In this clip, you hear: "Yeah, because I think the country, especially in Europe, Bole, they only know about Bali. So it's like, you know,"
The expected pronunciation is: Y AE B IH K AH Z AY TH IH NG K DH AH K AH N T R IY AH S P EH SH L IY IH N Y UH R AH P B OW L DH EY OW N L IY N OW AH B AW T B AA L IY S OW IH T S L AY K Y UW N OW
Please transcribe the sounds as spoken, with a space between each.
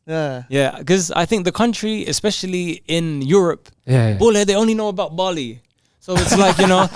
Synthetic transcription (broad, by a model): Y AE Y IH K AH Z AY TH IH NG K DH AH K AH N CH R IY AH S P EH SH L IY IH N Y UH R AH P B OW L DH EY OW N L IY N OW AH B AW T B AA L IY S OW IH T S L AY K Y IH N OW